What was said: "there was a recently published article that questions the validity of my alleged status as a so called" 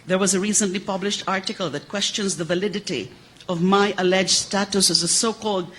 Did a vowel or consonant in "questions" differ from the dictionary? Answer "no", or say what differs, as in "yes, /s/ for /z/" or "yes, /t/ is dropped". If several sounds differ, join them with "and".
no